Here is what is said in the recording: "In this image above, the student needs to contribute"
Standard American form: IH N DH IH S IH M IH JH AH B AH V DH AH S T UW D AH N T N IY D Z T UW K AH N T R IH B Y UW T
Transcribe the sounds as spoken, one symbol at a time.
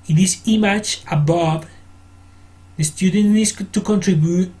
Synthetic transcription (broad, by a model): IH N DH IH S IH M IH CH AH B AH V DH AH S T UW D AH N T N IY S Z T UW K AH N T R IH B Y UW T